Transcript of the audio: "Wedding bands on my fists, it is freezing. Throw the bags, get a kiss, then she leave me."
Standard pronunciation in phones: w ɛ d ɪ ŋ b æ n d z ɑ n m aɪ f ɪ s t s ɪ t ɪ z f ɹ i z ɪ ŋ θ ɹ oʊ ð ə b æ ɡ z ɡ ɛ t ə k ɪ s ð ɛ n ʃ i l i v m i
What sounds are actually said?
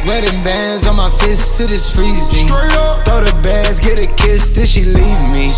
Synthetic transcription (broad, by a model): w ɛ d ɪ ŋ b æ n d z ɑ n m aɪ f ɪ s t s ɪ t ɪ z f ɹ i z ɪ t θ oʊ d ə b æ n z ɡ ɛ t ə k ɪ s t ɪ l ʃ i l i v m i